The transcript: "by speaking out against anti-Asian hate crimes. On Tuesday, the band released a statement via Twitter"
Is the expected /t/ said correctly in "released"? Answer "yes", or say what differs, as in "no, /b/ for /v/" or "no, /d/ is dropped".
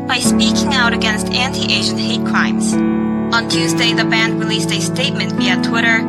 yes